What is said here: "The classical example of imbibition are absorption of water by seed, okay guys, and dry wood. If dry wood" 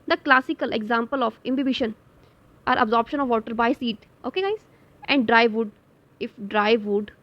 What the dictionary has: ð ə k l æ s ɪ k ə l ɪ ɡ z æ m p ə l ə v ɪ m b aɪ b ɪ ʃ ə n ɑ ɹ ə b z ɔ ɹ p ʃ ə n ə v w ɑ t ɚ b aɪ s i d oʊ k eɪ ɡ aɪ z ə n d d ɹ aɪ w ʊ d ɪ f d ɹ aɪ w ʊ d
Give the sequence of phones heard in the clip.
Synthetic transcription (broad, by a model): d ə k l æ s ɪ k ə l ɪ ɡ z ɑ m p ə l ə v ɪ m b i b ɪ ʃ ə n ɑ ɹ ə b z ɔ ɹ p ʃ ə n ə v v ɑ t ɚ b aɪ s i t oʊ k eɪ ɡ aɪ z ə n d d ɹ aɪ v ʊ d ɪ f d ɹ aɪ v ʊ d